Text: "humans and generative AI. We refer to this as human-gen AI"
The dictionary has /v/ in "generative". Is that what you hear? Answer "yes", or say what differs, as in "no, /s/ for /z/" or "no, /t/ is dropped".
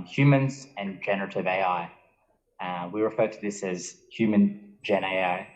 yes